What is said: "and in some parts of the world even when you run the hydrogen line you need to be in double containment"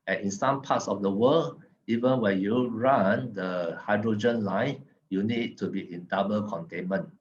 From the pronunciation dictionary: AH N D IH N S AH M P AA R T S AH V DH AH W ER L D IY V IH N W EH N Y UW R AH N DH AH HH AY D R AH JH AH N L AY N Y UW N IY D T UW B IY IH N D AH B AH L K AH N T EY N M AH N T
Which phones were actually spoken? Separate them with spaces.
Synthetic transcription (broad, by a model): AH N IH N S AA M P AA T S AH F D AH W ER L IY V IH N W EH N Y UW R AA N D AH HH AY D R AH JH AH N L AY N Y UW N IY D T UW B IY IH N D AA B AH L K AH N T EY N M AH N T